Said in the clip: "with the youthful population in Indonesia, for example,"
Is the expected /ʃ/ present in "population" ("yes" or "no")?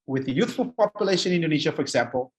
no